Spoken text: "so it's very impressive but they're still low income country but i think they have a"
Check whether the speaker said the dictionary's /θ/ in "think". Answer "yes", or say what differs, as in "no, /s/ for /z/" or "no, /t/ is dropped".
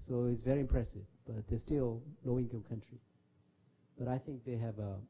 yes